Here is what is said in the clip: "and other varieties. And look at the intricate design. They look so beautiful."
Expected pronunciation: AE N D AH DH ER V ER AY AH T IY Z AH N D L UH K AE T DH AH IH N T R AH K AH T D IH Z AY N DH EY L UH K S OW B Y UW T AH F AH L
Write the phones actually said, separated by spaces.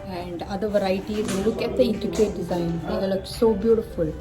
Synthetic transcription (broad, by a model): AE N D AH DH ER V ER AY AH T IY AH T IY L UH K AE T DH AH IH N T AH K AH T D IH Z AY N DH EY L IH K S OW B Y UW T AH F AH L